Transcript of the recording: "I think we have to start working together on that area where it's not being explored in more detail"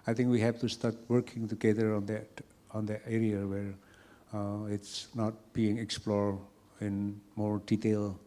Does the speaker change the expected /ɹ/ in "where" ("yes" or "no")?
no